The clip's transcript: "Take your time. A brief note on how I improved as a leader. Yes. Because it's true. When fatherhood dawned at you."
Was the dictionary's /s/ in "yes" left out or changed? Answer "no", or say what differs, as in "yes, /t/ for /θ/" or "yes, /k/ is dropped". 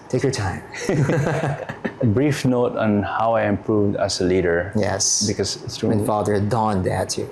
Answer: no